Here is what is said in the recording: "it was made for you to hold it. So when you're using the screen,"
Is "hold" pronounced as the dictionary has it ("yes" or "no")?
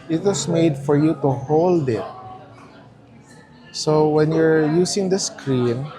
yes